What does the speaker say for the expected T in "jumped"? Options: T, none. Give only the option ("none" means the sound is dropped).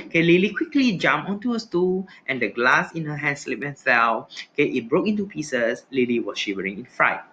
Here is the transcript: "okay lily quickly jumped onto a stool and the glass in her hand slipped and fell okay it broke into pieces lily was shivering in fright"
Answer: none